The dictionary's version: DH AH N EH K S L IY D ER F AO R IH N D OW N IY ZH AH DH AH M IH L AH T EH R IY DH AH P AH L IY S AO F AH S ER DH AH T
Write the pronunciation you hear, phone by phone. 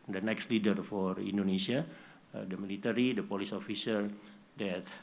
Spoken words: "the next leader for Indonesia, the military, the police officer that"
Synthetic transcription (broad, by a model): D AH N EH K S L IY D ER F AO R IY N D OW N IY S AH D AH M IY L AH T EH R IY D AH P AH L IY S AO F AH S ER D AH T